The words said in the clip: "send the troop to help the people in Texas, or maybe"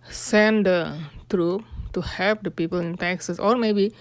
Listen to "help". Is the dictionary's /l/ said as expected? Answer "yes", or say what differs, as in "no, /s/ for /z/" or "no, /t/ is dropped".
no, /l/ is dropped